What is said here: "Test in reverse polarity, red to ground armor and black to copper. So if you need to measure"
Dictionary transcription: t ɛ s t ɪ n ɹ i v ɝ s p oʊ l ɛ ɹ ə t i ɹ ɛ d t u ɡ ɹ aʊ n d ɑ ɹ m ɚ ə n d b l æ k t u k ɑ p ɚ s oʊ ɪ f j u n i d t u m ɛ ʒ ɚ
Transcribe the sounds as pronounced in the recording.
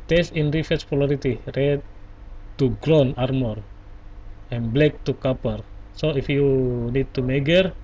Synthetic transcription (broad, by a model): t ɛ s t ɪ n ɹ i f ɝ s p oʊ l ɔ ɹ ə t i ɹ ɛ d t u ɡ ɹ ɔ n ɑ ɹ m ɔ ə n b l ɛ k t u k ɑ p ɚ s oʊ ɪ f j u n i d t u m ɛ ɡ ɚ